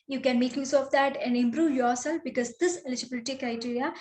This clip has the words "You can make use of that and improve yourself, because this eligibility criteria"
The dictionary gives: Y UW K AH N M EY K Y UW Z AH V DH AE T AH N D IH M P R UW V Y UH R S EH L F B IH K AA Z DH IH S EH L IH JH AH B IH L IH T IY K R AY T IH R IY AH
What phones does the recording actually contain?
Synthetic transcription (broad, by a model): Y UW K AH N M EY K Y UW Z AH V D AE T AH N D IH M P R UW V Y UH R S EH L F B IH K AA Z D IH S EH L IH JH AH B IH L IH T IY K R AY T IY R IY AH